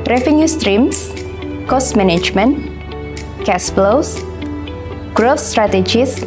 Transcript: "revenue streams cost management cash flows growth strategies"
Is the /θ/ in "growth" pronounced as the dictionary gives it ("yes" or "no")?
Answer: no